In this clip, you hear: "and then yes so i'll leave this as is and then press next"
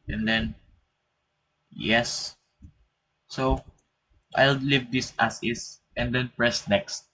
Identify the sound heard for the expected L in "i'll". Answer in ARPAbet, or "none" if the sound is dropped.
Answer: L